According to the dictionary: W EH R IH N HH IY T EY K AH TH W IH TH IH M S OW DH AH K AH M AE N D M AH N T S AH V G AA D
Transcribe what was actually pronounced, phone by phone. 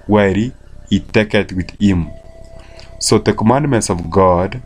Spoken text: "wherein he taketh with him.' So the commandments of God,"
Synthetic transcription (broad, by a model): W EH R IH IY T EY K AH T W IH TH IH M S OW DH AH K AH M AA N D M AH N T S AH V G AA D